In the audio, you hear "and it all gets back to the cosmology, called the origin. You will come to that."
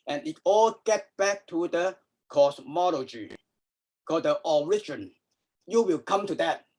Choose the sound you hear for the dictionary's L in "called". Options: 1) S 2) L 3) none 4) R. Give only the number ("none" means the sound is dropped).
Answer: 3